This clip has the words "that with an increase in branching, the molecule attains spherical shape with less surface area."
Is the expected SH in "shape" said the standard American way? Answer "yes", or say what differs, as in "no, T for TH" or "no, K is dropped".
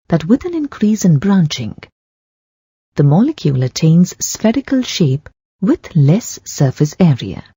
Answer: yes